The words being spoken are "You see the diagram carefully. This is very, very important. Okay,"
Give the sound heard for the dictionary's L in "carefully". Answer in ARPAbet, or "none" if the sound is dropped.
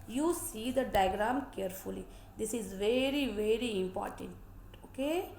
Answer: L